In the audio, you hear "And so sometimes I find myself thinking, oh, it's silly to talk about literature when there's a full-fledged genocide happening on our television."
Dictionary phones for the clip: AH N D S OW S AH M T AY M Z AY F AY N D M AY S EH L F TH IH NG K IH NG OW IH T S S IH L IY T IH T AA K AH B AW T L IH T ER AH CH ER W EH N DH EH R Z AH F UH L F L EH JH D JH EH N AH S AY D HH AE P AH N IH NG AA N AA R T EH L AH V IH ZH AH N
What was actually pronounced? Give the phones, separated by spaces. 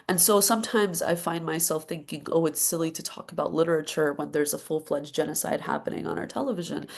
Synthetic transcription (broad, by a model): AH N S OW S AH M T AY M Z AY F AY N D M AY S EH L F TH IH NG K IH NG OW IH T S S IH L IY T IH T AA K AH B AW T L IH T ER AH CH ER W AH N DH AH R Z AH F UH L F L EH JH JH EH N AH S AY D HH AE P AH N IH NG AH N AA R T EH L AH V IH ZH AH N